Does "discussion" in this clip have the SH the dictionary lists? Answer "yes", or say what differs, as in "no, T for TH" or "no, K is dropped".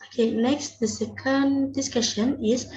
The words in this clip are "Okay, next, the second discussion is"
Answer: yes